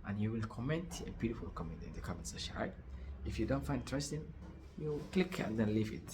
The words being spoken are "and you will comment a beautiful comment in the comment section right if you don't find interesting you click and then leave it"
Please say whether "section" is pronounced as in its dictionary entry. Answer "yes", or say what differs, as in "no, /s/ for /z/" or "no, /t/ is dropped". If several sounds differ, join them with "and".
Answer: no, /k/ is dropped